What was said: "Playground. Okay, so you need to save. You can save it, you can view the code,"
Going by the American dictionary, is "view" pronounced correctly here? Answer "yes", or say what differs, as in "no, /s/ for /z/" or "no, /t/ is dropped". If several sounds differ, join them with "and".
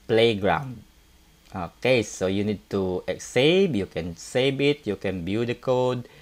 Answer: no, /b/ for /v/